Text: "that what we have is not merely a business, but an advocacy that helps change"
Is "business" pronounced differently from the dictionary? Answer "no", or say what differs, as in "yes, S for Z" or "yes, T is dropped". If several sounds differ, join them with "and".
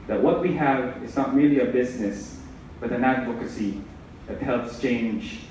no